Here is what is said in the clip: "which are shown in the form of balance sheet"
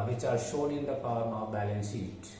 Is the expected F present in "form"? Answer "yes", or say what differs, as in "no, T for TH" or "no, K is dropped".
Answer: no, P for F